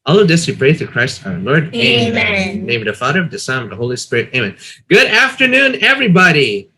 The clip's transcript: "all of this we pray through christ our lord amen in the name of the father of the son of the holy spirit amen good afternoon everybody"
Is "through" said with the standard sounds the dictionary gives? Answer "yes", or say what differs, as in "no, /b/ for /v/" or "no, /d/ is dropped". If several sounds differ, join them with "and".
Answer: no, /ɹ/ is dropped